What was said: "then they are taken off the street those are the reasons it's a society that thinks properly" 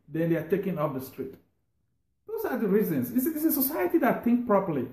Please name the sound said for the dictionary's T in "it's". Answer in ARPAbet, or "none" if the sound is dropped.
S